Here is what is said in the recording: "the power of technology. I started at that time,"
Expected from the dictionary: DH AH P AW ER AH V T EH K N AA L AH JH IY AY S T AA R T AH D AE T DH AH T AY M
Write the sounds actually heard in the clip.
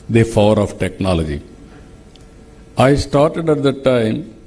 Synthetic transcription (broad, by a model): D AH F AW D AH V T EH K N AA L AH JH IY AY S T AA R T AH D AE T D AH T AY M